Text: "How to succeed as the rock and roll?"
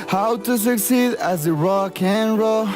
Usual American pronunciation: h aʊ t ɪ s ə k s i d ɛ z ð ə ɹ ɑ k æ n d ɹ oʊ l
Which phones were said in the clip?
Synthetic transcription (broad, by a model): h aʊ t ɪ s ə k s i d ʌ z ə ɹ ɑ k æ n ɹ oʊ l